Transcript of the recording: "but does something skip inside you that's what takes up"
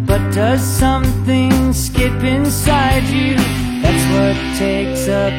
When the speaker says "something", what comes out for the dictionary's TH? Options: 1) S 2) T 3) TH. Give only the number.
3